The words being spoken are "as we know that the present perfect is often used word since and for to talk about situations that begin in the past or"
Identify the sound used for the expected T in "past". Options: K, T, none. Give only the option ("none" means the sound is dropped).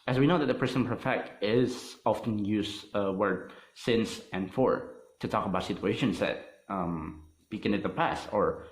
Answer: T